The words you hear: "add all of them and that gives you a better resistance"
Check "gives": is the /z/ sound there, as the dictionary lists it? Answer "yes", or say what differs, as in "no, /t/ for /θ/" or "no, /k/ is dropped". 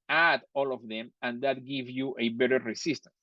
no, /z/ is dropped